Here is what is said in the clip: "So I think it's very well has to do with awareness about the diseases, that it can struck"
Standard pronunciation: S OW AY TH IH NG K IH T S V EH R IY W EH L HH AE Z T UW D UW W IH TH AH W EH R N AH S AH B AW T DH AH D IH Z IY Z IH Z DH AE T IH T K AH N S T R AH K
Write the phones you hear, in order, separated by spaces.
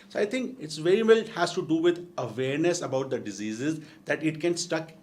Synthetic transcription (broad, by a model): S OW AY T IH NG K IH T S V EH R IY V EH L HH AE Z T UW D UW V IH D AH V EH R N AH S AH B AW T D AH D IH Z IY Z IH Z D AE T IH T K AH N S T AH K